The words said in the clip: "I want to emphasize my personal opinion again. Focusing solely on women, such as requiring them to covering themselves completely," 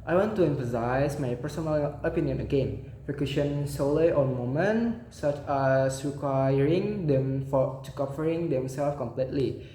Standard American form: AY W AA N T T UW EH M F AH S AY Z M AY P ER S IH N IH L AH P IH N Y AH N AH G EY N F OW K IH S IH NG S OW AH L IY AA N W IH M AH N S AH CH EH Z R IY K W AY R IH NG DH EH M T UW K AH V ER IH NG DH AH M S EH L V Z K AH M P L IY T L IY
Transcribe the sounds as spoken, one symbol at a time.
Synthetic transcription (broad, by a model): AY W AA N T T UW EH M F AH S AY S M AY P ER S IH N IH L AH P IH N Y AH N AH G EY N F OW K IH SH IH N S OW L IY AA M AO M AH N S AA CH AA S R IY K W AY R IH NG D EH M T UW K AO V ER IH NG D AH M S EH L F K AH M P L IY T L IY